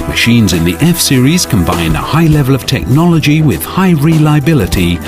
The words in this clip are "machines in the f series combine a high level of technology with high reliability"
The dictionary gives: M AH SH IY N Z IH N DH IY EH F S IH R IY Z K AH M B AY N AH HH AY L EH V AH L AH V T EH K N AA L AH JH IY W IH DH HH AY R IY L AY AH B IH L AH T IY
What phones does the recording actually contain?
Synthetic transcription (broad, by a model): M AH SH IY N Z IH N DH IY EH F S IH R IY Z K AH M B AY N AH HH AY L EH V AH L AH V T EH K N AA L AH JH IY W IH DH HH AY R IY L AY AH B IH L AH T IY